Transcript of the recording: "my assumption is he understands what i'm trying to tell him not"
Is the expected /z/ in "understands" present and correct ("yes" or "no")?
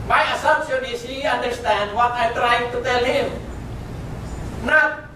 no